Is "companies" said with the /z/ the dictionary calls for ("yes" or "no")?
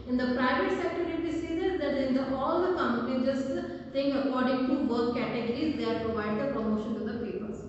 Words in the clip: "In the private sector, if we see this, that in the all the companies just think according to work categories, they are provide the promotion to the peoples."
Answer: no